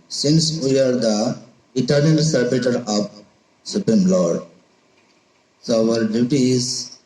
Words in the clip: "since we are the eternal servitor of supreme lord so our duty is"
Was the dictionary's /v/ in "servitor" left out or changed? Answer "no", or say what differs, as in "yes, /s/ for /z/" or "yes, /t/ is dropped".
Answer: yes, /b/ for /v/